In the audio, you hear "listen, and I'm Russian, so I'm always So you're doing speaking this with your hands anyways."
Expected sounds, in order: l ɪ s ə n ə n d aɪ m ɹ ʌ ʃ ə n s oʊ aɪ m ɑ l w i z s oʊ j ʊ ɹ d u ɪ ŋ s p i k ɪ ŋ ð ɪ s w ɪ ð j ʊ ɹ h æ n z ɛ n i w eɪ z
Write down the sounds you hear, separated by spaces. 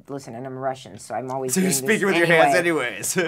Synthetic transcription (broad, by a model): l ɪ s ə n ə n aɪ m ɹ ʌ ʃ ə n s oʊ aɪ m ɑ l w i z s oʊ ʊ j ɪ s p i k ɪ ŋ w ɪ ð j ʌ ɹ h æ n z ɛ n i w eɪ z